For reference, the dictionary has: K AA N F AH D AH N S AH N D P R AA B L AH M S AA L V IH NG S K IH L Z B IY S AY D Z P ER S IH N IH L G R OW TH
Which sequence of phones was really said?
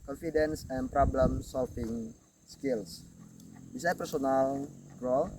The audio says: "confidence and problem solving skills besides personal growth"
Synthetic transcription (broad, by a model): K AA N F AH D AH N S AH N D P R AA B L AH M S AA L F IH NG S K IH L S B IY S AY P ER S IH N IH L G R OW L